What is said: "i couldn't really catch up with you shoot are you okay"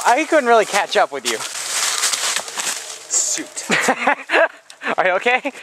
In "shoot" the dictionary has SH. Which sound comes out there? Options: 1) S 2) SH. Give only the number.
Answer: 1